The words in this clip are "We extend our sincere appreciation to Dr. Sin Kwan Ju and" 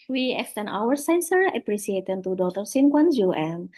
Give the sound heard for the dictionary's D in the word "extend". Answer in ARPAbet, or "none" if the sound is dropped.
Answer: none